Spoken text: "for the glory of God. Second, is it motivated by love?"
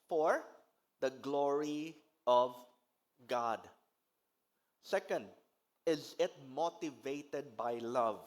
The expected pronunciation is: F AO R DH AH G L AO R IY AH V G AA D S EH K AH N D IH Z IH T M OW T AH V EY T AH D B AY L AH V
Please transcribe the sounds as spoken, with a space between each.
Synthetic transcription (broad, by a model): F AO R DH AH G L AO R IY AH V G AA D S EH K AH N D IH Z IH T M OW T AH V EY T AH D B AY L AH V